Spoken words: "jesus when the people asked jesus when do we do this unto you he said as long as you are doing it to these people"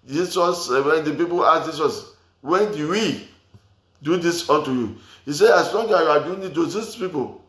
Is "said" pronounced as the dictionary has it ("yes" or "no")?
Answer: no